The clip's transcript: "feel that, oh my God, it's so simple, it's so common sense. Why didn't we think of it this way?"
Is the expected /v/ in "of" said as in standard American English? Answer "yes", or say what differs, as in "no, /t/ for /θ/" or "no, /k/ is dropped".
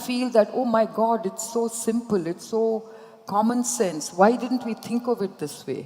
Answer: yes